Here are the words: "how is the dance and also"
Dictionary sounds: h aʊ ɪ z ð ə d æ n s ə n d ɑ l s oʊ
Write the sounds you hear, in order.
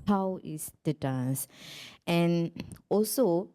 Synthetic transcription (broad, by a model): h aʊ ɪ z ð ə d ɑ s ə n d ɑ l s oʊ